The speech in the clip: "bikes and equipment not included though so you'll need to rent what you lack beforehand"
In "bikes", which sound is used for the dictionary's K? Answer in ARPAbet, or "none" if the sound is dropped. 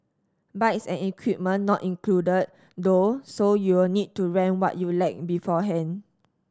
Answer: none